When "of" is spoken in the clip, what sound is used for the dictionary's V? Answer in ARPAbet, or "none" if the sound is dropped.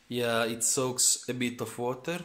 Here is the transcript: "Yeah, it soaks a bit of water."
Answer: F